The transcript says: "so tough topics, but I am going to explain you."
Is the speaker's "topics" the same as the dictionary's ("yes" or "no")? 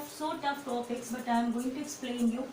yes